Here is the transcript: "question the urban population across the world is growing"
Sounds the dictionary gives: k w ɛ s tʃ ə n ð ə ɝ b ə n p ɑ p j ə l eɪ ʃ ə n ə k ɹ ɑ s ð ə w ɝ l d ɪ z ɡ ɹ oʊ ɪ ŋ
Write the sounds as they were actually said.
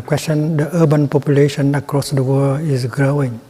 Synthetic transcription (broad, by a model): k w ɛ s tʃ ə n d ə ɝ b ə n p ɑ p j ə l eɪ ʃ ə n ə k ɹ ɑ s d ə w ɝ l ɪ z ɡ ɹ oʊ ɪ ŋ